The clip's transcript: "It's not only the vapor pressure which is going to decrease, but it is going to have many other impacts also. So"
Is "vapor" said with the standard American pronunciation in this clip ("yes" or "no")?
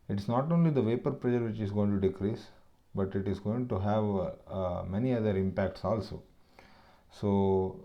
yes